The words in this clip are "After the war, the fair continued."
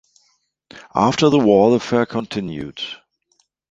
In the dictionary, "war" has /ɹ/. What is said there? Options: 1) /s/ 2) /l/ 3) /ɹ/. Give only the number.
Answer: 2